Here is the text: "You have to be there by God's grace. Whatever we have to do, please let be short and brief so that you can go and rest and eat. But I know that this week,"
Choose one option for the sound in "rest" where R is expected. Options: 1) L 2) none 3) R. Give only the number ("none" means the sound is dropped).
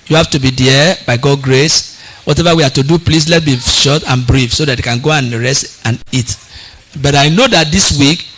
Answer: 3